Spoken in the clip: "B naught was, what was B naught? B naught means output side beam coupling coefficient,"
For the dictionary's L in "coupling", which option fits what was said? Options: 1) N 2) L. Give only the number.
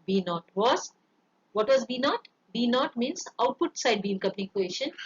1